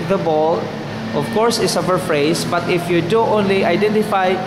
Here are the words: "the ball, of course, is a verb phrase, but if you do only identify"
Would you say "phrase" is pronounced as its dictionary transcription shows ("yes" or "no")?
no